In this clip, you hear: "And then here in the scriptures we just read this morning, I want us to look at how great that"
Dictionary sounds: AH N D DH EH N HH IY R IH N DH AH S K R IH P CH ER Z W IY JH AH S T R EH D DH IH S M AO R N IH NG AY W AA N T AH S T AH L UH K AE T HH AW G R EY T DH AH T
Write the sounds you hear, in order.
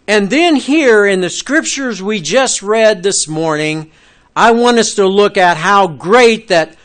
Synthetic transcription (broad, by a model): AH N DH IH N HH IY R IH N DH AH S K R IH P CH ER Z W IY JH AH S T R EH D DH IH S M AO R N IH NG AY W AA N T AH S T AH L UH K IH T HH AW G R EY T DH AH T